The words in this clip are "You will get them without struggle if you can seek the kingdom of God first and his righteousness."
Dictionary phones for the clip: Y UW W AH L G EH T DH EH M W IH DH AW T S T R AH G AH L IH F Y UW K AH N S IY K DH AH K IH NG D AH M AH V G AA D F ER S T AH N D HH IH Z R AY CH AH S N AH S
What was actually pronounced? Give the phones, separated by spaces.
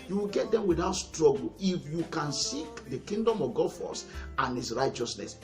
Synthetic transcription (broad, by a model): Y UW W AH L G EH T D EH M W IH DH AW T S T R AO G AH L IH F Y UW K AH N S IY K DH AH K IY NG D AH M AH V G AA D F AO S AH N HH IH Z R AY CH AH S N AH S